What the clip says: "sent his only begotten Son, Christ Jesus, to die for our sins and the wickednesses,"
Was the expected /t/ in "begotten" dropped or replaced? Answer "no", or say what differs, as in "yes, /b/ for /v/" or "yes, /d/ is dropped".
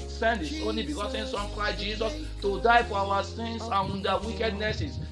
yes, /s/ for /t/